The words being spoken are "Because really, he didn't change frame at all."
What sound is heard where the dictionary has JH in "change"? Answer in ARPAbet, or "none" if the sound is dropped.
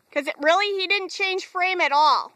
ZH